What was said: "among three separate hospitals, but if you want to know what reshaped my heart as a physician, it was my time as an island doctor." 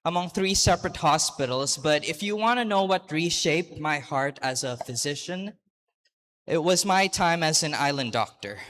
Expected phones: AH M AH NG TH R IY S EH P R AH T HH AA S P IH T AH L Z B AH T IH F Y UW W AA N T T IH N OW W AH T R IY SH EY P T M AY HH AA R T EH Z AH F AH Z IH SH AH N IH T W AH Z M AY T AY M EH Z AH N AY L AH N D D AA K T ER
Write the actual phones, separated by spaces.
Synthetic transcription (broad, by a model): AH M AH NG TH R IY S EH P R AH T HH AA S P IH T L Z B AH T IH F Y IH W AA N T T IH N OW W AH T R IY SH EY P T M AY HH AA R T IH Z AH F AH Z IH SH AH N IH T W AH Z M AY T AY M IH Z AH N AY L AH N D D AA K T ER